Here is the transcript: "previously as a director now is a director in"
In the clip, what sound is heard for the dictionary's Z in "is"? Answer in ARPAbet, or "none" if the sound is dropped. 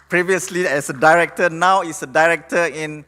S